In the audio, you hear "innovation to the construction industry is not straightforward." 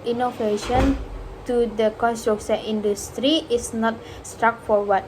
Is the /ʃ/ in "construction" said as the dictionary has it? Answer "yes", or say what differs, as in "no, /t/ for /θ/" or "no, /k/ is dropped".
no, /s/ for /ʃ/